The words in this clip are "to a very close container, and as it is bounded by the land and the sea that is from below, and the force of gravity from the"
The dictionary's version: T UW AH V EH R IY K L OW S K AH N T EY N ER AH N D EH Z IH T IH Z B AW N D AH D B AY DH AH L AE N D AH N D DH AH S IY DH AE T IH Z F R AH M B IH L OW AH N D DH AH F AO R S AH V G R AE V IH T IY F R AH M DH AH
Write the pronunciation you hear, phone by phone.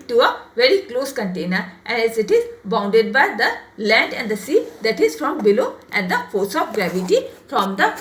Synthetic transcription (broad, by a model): T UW AH V EH R IY K L OW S K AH N T EY N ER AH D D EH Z IH T IH Z B AW N D AH D B AY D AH L AE N D AH N D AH S IY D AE T IH Z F R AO M B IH L OW AH N D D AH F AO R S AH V G R AE V IH T IY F R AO M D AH